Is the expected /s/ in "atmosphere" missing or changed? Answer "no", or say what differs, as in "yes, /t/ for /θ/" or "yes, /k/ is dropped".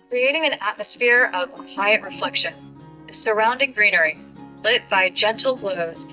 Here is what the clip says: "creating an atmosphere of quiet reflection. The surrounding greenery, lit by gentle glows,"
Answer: no